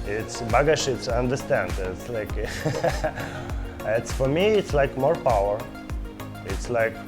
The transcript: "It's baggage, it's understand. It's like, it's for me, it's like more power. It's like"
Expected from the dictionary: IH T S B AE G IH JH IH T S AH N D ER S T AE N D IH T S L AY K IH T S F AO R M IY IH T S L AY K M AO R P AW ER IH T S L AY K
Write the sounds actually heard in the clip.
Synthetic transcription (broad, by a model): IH T S B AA G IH SH IH T S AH N D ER S T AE N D IH T S L AY K IH T S F AO R M IY IH T S L AY K M AO R P AW ER IH T S L AY K